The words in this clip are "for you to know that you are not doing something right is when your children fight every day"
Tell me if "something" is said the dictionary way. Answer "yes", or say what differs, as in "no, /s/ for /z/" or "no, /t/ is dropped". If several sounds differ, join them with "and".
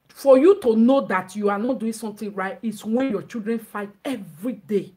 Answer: no, /t/ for /θ/